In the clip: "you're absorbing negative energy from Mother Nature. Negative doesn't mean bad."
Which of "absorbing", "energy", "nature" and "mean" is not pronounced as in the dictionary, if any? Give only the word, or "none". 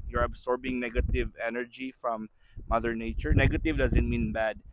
absorbing